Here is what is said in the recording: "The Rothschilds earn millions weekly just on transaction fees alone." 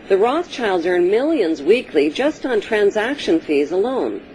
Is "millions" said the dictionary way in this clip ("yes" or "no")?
yes